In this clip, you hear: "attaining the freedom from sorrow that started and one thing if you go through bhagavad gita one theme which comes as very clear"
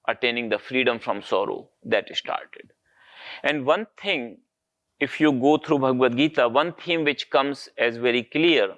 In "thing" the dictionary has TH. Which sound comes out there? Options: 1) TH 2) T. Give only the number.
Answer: 2